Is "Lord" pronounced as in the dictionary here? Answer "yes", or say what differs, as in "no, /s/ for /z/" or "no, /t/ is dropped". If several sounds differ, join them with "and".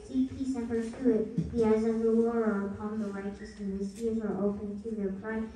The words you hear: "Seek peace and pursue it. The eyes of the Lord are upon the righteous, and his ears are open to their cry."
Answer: no, /w/ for /l/ and /d/ is dropped